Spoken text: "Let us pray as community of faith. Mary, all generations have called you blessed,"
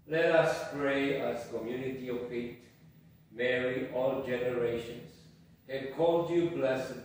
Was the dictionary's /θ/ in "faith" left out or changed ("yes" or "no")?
yes